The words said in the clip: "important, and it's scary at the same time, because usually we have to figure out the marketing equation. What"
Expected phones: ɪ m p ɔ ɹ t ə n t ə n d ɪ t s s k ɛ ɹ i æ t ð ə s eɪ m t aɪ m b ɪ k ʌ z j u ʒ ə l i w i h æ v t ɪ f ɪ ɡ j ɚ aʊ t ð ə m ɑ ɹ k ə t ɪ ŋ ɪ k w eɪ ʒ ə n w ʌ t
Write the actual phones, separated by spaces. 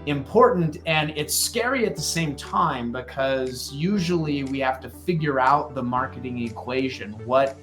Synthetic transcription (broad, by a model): ɪ m p ɔ ɹ t n t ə n ɪ t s s k ɛ ɹ i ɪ t ð ə s eɪ m t aɪ m b ɪ k ʌ z j u ʒ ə l i w i h æ f t ɪ f ɪ ɡ j ɚ aʊ t ð ə m ɑ ɹ k ə t ɪ ŋ ɪ k w eɪ ʒ ə n w ʌ t